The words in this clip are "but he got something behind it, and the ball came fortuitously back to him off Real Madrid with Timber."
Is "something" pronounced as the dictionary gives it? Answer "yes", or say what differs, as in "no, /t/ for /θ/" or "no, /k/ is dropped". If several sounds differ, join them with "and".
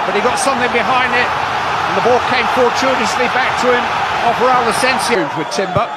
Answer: yes